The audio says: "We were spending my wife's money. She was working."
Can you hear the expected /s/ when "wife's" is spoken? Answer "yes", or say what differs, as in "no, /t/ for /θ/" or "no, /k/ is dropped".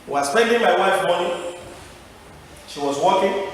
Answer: no, /s/ is dropped